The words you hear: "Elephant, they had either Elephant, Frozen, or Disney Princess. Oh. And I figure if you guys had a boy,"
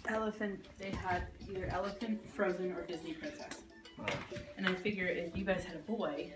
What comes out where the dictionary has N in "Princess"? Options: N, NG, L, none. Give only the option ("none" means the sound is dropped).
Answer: none